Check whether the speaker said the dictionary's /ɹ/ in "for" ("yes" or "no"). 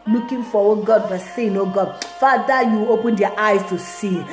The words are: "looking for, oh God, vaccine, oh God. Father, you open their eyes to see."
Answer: no